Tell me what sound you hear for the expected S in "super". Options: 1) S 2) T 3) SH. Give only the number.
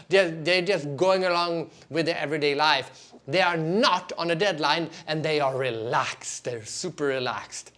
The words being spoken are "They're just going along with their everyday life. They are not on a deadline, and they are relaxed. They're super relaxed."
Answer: 1